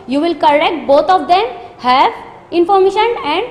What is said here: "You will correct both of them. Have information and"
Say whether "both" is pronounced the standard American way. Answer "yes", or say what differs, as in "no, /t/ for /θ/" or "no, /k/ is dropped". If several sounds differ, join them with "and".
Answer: no, /t/ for /θ/